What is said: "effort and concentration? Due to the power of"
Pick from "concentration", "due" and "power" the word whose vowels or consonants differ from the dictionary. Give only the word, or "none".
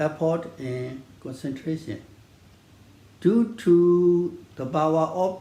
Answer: power